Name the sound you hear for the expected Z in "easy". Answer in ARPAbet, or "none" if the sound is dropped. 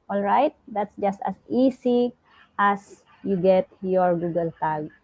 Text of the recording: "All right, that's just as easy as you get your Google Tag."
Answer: S